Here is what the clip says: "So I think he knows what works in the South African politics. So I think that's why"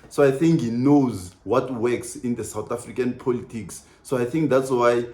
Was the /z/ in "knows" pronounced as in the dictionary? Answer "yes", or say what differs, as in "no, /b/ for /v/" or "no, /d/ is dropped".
yes